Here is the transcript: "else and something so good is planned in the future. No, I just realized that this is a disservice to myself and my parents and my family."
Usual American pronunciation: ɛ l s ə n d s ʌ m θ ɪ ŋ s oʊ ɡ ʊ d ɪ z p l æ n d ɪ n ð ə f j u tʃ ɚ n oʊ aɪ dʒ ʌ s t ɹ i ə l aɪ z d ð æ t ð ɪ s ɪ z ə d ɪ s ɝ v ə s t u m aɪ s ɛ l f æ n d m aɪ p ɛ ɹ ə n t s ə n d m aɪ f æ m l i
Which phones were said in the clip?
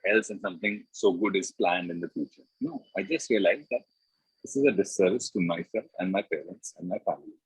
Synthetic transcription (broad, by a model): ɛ l s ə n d s ʌ m t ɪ ŋ s oʊ ɡ ʊ d ɪ z p l æ n d ɪ n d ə f j u tʃ ɚ n oʊ aɪ dʒ ʌ s t ɹ i ə l aɪ z d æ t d ɪ s ɪ z ə d ɪ s ɝ v ə s t u m aɪ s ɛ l æ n d m aɪ p ɛ ɹ ə n t s ə n d m aɪ f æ m l i